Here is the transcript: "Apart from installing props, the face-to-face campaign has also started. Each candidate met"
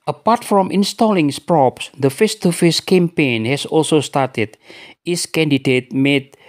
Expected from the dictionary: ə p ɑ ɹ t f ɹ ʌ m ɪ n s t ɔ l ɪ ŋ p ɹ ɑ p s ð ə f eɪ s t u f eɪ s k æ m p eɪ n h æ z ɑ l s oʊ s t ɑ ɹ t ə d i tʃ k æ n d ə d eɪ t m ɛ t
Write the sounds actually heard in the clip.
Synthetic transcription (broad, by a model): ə p ɑ ɹ t f ɹ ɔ m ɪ n s t ɔ l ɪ ŋ p ɹ ɑ p s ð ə f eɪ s t u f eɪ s k æ m p eɪ n h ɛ s ɑ l s oʊ s t ɑ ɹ t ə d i s k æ n d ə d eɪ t m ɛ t